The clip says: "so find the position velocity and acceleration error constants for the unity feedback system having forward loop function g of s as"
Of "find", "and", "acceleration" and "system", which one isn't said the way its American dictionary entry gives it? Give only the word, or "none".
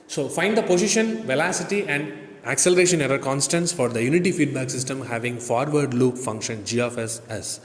none